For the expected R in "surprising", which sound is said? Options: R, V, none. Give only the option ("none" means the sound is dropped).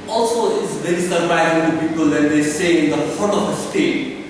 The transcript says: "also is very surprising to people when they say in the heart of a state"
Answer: none